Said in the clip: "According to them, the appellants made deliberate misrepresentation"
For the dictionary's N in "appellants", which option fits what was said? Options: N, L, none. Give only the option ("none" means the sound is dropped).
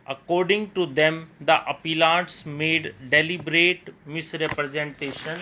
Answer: none